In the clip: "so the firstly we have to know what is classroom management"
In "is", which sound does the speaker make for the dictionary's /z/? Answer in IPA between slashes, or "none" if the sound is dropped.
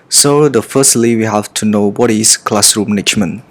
/s/